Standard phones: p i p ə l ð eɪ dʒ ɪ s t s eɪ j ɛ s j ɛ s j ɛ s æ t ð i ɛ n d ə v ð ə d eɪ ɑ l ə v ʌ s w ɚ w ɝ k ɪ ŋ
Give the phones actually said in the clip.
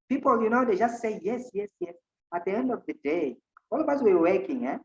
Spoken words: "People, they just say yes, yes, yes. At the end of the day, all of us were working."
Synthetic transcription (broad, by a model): p i p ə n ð eɪ dʒ ɪ s t s eɪ j ɛ s j ɛ s j ɛ s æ t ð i ɛ n d ə v ð ə d eɪ ɑ l ə v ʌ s w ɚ w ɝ k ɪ ŋ